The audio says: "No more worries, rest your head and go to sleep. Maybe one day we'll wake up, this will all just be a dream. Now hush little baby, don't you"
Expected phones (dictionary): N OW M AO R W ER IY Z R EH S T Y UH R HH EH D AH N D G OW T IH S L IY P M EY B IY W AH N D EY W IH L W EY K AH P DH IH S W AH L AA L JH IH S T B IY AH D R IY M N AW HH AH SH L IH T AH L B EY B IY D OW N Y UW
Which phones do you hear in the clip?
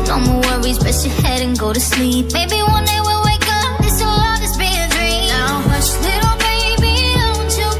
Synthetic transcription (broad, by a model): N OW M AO W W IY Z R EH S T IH HH EH D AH N G OW T IH S L IY P M EY B IY W AH N D EY W IH L W EY K AH P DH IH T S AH L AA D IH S B IY AH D R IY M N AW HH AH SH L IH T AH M EY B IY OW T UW